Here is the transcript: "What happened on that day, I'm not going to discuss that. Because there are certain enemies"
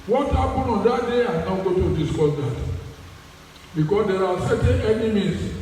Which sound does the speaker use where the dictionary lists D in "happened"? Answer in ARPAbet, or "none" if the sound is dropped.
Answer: none